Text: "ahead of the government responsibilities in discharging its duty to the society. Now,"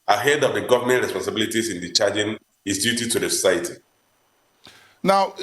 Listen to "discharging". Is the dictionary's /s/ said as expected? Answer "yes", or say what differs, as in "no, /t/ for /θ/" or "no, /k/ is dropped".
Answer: no, /s/ is dropped